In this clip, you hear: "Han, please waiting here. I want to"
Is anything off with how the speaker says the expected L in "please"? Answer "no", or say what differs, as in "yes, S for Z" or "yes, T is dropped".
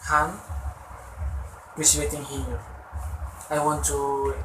yes, L is dropped